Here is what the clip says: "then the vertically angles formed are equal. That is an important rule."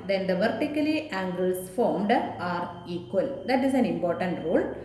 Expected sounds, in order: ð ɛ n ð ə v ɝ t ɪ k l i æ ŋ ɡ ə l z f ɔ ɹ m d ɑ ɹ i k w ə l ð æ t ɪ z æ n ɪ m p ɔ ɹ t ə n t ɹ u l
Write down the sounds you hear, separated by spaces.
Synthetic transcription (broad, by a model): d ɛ n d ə v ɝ t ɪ k l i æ ŋ ɡ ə l s f ɔ ɹ m d ɑ ɹ i k w ə l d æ t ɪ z æ n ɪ m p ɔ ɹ t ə n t ɹ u l